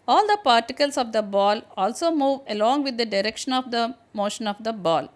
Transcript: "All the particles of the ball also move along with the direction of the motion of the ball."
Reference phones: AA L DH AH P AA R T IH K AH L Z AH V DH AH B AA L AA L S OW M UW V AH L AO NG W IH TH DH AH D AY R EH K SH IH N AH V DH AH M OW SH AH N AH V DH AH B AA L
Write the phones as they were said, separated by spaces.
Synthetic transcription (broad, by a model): AA L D AH P AA R T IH K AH L S AH V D AH B AA L AA L S OW M UW V AH L AO NG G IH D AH D AY R EH K SH IH N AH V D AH M OW SH AH N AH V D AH B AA L